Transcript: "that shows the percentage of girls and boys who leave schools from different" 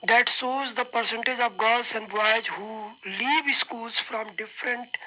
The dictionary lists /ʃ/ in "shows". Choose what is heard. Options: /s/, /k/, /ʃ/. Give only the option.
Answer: /s/